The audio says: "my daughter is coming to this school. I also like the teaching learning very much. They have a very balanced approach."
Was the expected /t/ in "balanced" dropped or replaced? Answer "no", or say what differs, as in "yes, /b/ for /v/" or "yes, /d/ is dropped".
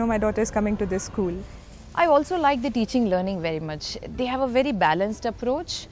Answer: no